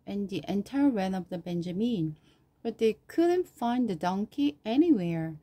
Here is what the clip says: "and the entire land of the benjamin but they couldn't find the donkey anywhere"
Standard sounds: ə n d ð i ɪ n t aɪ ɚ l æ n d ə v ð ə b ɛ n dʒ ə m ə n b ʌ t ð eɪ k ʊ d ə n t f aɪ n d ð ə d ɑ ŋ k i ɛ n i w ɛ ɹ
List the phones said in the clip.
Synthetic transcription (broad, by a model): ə n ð i ɪ n t aɪ ɚ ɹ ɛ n ə v ð ə b ɛ n dʒ ə m ə n b ʌ t ð eɪ k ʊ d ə n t f aɪ n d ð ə d ɑ ŋ k i ɛ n i w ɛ ɹ